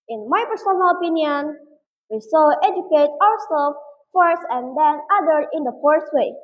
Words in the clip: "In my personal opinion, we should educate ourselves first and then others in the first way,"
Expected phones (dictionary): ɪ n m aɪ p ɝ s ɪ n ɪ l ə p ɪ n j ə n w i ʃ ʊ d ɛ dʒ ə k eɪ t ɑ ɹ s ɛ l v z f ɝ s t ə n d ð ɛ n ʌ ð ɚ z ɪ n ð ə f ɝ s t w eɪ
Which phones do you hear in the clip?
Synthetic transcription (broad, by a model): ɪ n m aɪ p ɝ s ɪ n ɪ l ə p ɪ n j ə n w i s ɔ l ɛ dʒ ə k eɪ t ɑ ɹ s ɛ l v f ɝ s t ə n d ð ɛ n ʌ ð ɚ ɪ n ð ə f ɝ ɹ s w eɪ